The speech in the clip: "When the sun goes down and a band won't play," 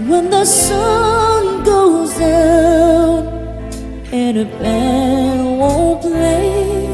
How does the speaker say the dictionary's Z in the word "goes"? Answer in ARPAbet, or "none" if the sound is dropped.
Z